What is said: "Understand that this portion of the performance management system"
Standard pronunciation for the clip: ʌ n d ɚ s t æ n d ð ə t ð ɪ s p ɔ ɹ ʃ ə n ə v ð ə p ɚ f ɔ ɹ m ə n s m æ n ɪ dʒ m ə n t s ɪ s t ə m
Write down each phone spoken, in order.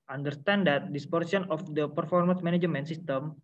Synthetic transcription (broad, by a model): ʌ n d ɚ s t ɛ n d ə t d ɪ s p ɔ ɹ s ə n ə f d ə p ɚ f ɔ ɹ m ə n s m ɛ n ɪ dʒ m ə n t s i s t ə m